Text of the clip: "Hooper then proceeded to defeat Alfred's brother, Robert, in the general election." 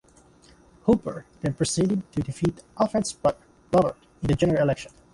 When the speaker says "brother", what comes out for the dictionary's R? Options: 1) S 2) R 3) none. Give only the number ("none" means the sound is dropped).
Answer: 3